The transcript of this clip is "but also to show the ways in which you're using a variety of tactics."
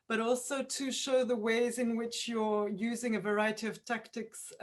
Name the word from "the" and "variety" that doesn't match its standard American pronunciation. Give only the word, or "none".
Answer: none